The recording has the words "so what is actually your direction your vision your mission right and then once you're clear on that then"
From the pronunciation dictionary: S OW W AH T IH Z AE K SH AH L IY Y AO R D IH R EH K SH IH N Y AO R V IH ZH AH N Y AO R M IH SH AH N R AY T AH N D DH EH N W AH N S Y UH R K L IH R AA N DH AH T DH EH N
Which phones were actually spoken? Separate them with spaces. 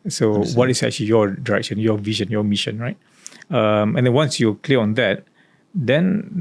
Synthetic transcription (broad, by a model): S OW W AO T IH S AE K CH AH L IY Y AO D IH R EH K SH IH N Y AO V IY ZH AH N Y AO M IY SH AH N R AY T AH N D EH N W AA N S Y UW K L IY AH AA N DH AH T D EH N